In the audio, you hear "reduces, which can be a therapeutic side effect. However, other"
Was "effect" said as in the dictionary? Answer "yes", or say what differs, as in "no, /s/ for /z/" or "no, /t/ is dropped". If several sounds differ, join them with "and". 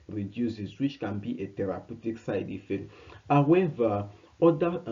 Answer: no, /k/ is dropped